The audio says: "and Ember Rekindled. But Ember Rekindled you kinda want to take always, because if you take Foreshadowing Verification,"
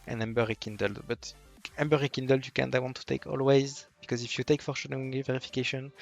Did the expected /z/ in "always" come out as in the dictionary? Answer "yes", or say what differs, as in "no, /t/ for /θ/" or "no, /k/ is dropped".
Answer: yes